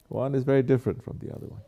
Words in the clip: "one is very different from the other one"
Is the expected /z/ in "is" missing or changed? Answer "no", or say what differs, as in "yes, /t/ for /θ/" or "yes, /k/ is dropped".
no